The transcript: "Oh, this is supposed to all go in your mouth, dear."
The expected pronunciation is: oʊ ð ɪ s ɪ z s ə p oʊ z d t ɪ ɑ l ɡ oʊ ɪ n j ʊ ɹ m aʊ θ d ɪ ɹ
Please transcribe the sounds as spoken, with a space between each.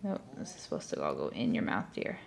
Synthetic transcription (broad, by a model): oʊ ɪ ɪ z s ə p oʊ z t ɪ ɑ l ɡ oʊ ɪ n j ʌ ɹ m aʊ θ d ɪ ɹ